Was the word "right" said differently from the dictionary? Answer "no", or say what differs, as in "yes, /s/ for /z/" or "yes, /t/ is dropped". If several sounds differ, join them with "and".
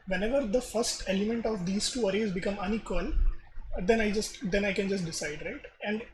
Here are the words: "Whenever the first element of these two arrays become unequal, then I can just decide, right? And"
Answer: no